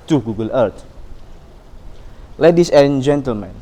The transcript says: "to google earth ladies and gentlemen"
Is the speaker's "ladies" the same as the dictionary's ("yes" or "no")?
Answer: no